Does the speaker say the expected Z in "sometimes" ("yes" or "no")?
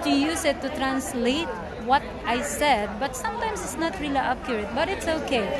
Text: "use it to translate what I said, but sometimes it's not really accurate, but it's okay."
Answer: no